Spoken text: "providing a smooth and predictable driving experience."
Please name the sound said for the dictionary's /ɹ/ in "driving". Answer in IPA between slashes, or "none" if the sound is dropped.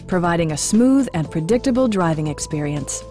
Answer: /ɹ/